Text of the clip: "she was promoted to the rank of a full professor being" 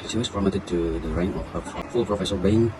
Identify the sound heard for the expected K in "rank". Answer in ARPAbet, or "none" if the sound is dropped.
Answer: none